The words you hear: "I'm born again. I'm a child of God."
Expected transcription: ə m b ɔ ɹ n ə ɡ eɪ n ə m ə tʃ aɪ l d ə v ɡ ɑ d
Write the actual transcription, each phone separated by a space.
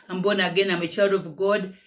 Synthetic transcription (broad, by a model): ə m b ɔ n ə ɡ eɪ n ə m ə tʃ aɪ d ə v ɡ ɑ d